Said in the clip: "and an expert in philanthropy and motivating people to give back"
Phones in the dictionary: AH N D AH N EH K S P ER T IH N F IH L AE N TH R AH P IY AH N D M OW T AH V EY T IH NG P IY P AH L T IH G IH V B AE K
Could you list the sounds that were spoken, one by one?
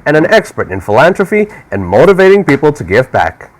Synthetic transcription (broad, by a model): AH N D AH N EH K S P ER T IH N F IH L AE N T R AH F IY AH N M OW T AH V EY T IH NG P IY P L T IH G IH V B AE K